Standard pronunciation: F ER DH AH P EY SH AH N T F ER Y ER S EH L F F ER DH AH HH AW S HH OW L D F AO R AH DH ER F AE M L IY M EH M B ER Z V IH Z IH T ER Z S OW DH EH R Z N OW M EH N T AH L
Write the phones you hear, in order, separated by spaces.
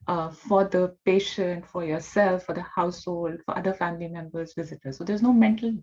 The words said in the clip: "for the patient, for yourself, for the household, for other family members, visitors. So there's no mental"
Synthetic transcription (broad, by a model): F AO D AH P EY SH AH N T F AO Y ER S EH L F F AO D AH HH AW S HH OW L D F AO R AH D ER F AE M L IY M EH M B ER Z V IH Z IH T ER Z S OW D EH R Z N OW M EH N T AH L